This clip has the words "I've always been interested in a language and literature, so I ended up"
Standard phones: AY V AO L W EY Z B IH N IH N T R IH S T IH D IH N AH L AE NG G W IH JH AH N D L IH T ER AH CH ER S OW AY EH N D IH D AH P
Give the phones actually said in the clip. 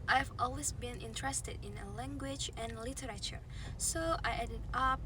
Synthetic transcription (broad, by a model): AY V AO L W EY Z B IH N IH N T R IH S T IH D IH N AH L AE NG G W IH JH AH N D L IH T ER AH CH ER S OW AY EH D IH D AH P